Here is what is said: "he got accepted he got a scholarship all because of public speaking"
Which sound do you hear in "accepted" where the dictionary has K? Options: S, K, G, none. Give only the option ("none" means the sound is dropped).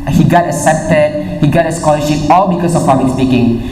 none